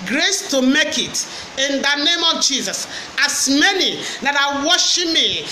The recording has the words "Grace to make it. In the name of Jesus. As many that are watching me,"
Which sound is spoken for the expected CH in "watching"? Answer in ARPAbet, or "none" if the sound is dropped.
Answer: SH